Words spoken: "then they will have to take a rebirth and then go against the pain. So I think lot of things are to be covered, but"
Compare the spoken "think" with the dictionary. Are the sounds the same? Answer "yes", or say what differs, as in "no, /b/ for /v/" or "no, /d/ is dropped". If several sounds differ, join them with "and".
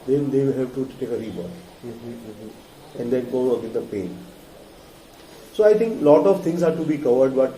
no, /t/ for /θ/